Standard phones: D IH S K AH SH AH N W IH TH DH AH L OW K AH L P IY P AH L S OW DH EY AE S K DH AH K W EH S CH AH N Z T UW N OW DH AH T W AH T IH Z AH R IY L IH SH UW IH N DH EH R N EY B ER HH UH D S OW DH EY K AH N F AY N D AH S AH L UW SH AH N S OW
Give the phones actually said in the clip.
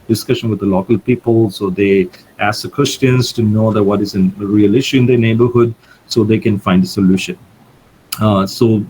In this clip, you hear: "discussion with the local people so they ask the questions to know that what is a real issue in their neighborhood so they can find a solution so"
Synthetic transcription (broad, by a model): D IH S K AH SH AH N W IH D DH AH L OW K AH L P IY P AH L S OW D EY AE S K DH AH K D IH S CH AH N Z T UW N OW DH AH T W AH T IH Z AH R IY L IH SH UW IH N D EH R N EY B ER HH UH D S OW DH EY K AH N F AY N D AH S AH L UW SH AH N S OW